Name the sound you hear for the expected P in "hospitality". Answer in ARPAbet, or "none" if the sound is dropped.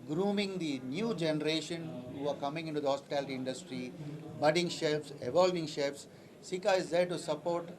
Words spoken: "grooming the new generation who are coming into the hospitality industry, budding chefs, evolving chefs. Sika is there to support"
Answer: P